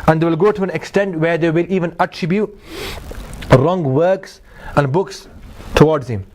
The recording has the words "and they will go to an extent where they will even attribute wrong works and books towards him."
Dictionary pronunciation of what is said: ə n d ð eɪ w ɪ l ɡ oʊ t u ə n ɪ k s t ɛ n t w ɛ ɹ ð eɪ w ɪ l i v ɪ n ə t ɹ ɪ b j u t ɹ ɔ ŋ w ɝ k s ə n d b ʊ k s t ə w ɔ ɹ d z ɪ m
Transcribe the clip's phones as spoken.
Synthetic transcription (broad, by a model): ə n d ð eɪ w ɪ l ɡ oʊ t u ə n ɪ k s t ɛ n t w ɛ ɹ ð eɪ w ɪ l i v ɪ n ə t ɹ ɪ b j u t ɹ ɔ ŋ w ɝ k s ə n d b ʊ k s t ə w ɔ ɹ d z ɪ m